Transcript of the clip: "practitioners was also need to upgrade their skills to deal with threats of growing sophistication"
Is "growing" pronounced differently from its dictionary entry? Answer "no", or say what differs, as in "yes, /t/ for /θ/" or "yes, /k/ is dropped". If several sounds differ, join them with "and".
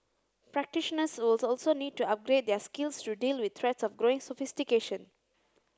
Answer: no